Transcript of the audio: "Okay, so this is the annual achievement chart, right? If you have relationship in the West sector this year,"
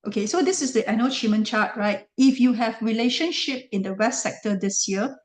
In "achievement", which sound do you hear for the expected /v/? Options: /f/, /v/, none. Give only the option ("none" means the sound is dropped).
none